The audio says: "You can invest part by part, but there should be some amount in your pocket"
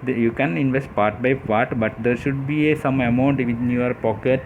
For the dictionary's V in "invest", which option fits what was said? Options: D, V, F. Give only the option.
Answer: V